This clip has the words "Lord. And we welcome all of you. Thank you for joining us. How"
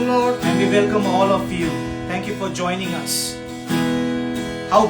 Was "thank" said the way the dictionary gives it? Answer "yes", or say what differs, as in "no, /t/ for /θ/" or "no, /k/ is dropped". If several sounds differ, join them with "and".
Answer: no, /t/ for /θ/